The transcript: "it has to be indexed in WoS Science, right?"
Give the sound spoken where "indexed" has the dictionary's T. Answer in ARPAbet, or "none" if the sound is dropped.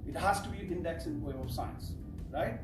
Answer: none